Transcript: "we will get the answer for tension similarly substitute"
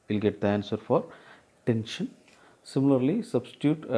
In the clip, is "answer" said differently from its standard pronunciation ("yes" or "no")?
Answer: no